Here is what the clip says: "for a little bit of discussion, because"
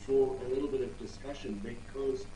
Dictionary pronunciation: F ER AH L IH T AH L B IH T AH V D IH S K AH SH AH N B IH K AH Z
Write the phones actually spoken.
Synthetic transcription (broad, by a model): F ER AH L IH T L B IH T AH V D IH S K AH SH AH N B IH K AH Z